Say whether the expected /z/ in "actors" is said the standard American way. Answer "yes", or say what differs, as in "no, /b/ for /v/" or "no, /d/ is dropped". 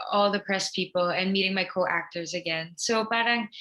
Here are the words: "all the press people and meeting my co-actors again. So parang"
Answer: yes